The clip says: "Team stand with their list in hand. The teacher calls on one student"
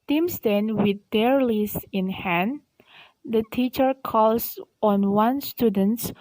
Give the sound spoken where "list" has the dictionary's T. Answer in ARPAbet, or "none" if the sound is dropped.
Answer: none